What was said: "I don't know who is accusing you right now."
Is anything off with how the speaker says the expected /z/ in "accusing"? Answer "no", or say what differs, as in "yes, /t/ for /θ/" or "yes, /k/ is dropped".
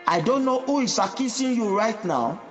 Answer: yes, /s/ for /z/